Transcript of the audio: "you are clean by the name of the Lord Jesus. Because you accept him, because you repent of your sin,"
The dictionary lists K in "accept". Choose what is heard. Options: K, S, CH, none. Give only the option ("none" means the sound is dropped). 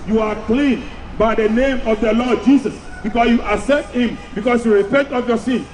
none